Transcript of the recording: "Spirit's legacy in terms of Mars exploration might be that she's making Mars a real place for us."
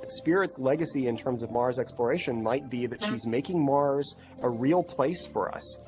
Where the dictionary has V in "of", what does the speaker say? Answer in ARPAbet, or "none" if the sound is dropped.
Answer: V